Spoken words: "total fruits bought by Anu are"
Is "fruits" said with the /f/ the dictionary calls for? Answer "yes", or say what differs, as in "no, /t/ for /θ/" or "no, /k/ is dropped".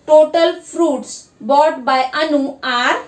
no, /p/ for /f/